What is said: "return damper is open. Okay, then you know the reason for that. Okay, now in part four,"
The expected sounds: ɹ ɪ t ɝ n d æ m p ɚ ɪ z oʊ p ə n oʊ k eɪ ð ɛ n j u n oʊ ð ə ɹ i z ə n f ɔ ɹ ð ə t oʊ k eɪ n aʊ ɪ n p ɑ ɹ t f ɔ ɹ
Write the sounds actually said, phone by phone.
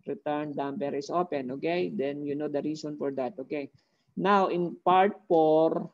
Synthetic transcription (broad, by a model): ɹ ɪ t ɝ n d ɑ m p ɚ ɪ s oʊ p ə n oʊ k eɪ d ɛ n j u n oʊ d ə ɹ i s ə n f ɔ ɹ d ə t oʊ k eɪ n aʊ ɪ n p ɑ ɹ t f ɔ ɹ